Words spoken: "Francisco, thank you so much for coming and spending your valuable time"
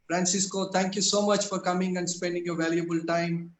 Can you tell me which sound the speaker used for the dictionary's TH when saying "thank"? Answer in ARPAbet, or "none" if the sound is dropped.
T